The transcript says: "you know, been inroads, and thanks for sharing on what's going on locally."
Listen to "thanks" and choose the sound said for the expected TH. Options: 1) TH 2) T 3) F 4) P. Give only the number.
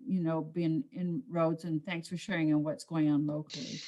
1